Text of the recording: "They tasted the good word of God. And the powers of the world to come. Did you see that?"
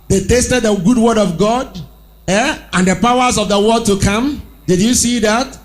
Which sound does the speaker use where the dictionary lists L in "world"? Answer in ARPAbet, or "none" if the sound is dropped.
none